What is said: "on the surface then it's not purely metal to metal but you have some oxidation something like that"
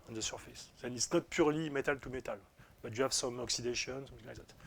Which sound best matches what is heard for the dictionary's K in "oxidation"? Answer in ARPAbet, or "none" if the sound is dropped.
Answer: K